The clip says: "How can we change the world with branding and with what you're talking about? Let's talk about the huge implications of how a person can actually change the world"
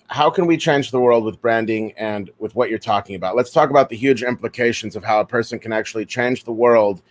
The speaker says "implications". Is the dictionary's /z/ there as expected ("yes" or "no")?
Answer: yes